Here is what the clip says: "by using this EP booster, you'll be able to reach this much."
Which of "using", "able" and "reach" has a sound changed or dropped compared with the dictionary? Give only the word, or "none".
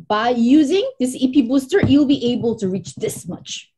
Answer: none